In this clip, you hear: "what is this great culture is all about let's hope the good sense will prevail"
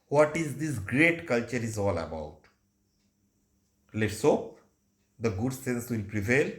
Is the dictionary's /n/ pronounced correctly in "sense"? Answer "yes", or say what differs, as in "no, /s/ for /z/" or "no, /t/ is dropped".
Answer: yes